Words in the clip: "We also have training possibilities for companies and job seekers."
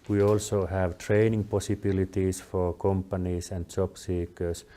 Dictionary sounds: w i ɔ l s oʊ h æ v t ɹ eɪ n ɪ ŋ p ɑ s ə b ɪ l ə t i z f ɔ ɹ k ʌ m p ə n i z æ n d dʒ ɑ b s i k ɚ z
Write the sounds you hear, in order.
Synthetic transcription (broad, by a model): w i ɔ l s oʊ h æ v t ɹ eɪ n ɪ ŋ p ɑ s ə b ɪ l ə t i s f ɔ ɹ k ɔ m p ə n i s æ n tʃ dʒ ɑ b s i k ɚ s